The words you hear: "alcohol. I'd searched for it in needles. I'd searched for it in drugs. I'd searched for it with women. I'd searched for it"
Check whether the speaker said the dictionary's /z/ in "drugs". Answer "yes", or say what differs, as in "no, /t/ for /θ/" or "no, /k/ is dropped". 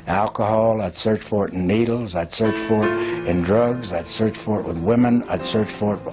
yes